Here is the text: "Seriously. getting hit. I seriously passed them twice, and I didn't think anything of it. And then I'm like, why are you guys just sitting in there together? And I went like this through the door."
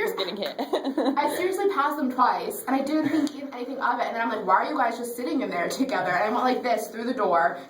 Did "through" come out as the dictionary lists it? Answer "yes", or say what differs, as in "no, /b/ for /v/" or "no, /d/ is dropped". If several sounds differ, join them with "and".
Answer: yes